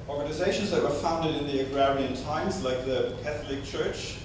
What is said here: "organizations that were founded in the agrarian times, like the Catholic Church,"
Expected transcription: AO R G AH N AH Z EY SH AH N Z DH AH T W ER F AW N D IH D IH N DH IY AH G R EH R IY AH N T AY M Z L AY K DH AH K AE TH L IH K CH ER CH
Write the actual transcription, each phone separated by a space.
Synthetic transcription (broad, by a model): AO R G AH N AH Z EY SH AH N Z DH AH T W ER F AW N D IH D IH N DH IY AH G R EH R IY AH N T AY M Z L AY K DH AH K AE TH L IH K CH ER CH